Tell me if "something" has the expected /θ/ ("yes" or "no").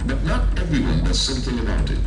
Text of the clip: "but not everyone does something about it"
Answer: yes